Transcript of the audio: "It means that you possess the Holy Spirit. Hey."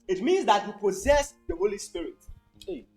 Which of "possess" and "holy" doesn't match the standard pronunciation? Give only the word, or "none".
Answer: none